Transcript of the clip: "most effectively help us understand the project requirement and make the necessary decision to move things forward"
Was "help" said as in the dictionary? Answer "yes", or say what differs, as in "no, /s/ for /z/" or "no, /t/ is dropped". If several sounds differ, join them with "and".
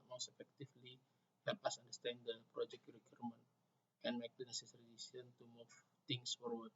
yes